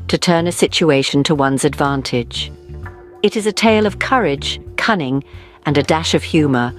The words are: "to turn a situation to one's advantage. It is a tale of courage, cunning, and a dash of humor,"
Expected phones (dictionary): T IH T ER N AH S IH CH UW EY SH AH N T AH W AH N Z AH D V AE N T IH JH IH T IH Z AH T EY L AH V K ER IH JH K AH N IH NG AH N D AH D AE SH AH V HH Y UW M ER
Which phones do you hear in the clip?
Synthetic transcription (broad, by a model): T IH T ER N AH S IH CH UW EY SH N T AH W AH N Z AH D V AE N T IH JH IH T IH Z AH T EY L AH V K ER IH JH K AH N IH NG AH N AH D AE SH AH V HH Y UW M ER